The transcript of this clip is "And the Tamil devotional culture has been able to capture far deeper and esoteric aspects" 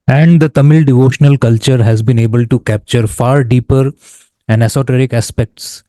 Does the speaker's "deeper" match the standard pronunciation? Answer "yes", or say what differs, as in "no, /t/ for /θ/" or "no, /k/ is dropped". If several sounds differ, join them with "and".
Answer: yes